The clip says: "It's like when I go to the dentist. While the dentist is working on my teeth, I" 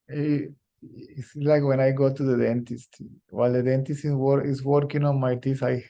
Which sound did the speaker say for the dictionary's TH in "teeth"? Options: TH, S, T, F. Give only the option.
S